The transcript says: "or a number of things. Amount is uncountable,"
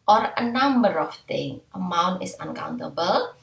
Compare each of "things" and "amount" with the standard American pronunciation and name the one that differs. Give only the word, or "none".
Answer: things